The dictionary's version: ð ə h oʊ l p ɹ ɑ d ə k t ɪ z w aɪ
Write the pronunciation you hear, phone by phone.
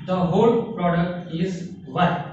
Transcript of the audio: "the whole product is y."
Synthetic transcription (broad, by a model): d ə h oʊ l p ɹ ɑ d ə k t ɪ z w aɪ